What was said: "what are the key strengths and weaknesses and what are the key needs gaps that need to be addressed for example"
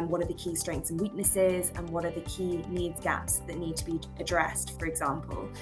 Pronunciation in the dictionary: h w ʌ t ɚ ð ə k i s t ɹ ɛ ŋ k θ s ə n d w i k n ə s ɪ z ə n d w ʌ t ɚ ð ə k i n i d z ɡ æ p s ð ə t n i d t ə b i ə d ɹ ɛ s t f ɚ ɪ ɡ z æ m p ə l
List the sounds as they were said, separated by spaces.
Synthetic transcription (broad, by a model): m w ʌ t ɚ ð ə k i s t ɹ ɛ ŋ k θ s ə n w i k n ə s ɪ z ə n w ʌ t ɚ ð ə k i n i d z ɡ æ p s ð ə t n i d t ə b i ə d ɹ ɛ s t f ɚ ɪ ɡ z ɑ m p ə l